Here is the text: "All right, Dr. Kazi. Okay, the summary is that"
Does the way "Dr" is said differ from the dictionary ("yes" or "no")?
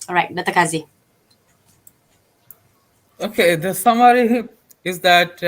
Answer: yes